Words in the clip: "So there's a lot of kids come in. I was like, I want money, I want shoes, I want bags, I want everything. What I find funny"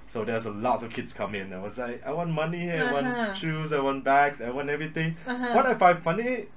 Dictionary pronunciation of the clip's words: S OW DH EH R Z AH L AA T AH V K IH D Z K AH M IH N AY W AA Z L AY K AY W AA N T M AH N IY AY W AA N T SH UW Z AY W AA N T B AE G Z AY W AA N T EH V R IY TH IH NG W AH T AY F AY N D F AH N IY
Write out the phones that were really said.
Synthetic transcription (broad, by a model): S OW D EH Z AH L AA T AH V K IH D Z K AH M IH N AY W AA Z L AY K AY W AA N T M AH N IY AY W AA N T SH UW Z AY W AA N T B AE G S AY W AA N T EH V R IY T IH NG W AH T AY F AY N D F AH N IY